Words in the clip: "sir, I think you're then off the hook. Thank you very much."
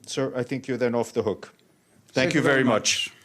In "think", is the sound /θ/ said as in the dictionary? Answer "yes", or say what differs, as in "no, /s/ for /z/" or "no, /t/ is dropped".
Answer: yes